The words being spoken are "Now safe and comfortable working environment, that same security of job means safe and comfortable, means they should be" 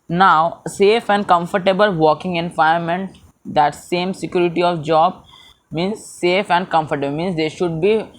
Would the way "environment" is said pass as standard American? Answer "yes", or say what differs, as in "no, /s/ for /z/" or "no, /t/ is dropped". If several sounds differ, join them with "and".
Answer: no, /ɹ/ is dropped